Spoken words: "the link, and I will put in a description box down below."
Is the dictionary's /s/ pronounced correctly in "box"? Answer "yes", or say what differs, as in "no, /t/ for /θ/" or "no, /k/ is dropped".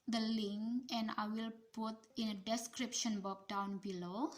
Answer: no, /s/ is dropped